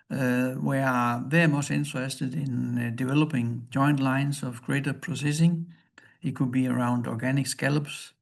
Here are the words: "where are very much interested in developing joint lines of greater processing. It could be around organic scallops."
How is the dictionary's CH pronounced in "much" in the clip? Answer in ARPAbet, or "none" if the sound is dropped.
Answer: S